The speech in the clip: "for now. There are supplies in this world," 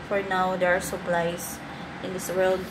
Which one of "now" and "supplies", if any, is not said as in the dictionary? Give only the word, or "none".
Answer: supplies